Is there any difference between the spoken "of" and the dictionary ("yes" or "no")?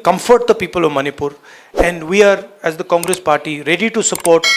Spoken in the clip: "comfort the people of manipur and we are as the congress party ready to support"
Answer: no